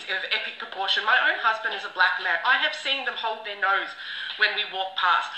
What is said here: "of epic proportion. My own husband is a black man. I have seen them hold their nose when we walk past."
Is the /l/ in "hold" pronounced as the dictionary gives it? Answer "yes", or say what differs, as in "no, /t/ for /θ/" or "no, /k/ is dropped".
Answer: yes